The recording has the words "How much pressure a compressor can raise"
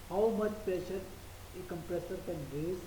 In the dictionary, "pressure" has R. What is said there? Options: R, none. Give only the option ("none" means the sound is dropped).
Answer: none